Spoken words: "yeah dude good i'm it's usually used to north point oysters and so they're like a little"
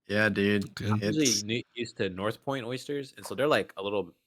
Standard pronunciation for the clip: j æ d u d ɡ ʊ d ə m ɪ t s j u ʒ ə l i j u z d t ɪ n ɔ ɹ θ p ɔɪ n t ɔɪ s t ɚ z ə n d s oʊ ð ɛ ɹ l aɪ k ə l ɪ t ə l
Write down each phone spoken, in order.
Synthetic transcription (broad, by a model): j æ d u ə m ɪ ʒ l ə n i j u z t ɪ n ɔ ɹ θ p ɔɪ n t ɔɪ s t ɚ z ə n s oʊ ð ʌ ɹ l aɪ k ə l ɪ t l